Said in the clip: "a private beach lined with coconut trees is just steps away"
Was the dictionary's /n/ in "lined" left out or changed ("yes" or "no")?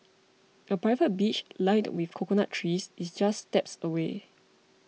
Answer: yes